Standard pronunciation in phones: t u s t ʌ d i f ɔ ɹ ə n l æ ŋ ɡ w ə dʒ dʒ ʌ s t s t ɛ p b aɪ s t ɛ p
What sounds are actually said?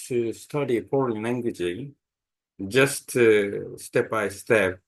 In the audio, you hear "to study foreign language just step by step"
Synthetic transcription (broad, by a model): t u s t ʌ d i p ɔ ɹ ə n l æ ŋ ɡ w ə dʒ dʒ ʌ s t s t ɛ p b aɪ s t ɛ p